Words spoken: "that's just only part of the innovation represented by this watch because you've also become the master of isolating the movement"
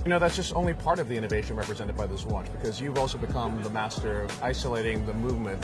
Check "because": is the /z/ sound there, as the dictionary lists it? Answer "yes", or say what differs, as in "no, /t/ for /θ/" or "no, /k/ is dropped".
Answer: yes